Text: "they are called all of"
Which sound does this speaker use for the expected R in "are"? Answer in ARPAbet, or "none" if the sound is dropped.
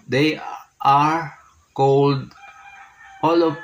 R